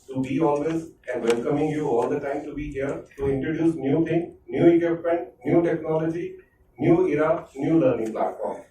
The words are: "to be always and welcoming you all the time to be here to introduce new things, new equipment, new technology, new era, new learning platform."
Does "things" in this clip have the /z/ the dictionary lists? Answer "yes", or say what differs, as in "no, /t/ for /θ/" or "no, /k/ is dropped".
no, /z/ is dropped